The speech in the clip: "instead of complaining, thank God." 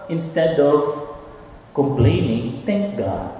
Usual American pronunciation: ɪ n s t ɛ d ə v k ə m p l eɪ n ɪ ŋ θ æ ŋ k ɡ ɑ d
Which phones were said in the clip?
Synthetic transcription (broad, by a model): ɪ n s t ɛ d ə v k ə m p l eɪ n ɪ ŋ t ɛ ŋ k ɡ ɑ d